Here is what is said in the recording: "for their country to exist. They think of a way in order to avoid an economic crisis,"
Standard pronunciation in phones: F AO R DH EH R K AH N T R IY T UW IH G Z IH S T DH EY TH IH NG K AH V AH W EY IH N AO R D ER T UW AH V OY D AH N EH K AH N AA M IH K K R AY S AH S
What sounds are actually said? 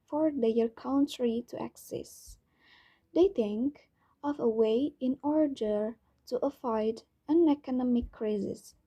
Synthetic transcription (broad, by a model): F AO R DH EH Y K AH N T R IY T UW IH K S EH S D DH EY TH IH NG K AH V AH W EY IH N AO R D ER T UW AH F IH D AH N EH K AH N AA M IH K K R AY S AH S